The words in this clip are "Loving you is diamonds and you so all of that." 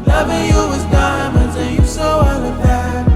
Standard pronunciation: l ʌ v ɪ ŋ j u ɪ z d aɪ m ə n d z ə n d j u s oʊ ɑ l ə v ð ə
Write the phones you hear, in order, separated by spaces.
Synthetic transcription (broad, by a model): l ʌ v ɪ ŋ j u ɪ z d aɪ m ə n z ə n j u s oʊ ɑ w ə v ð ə